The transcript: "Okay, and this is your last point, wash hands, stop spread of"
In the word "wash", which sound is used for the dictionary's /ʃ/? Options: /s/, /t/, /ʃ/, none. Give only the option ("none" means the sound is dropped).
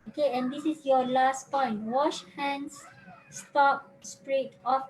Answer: /ʃ/